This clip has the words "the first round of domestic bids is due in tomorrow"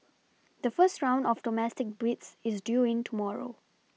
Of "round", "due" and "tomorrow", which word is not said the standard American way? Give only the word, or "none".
none